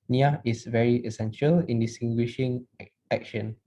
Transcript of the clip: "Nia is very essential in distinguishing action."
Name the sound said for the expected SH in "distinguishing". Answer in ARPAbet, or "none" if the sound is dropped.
SH